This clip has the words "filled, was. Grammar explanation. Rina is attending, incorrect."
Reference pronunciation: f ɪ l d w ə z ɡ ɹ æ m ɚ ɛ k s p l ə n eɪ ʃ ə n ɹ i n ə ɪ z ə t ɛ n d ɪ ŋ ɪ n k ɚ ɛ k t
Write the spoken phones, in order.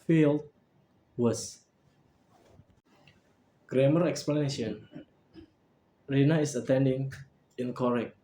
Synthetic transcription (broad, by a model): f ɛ l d w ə s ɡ ɹ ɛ m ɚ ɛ k s p l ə n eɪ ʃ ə n ɹ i n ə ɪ s ə t ɛ n d ɪ ŋ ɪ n k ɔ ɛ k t